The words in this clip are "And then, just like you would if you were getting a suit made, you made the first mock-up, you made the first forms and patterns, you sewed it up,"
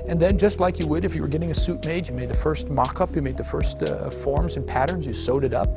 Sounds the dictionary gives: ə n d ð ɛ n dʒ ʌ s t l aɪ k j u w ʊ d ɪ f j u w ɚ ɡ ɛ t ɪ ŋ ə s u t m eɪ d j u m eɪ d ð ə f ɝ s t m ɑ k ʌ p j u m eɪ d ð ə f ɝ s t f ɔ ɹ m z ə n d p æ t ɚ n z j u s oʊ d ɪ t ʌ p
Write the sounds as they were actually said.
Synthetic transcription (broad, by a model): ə n ð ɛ n dʒ ʌ s t l aɪ k j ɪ w ʊ d ɪ f j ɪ w ɚ ɡ ɛ t ɪ ŋ ə s u t m eɪ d j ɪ m eɪ d ð ə f ɝ s t m ɑ k ʌ p j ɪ m eɪ d ð ə f ɝ s t f ɔ ɹ m z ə n p æ t ɚ n z j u s oʊ d ɪ t ʌ p